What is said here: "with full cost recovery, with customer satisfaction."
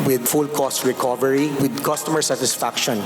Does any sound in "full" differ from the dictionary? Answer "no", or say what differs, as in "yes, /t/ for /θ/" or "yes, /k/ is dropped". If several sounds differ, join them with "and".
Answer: no